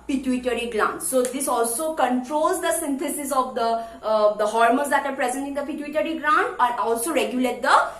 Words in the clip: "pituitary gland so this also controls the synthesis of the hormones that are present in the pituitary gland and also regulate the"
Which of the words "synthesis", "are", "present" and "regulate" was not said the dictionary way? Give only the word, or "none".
synthesis